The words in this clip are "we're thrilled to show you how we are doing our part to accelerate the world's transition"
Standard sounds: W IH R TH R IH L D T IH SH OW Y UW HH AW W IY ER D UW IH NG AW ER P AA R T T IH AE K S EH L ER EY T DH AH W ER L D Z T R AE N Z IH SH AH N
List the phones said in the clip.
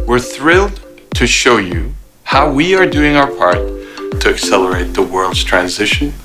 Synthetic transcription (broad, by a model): W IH R TH R IH L D T IH SH OW Y UW HH AW W IY ER D UW IH NG AW ER P AA R T T IH AE K S EH L ER EY T DH AH W ER L D Z T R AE N Z IH SH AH N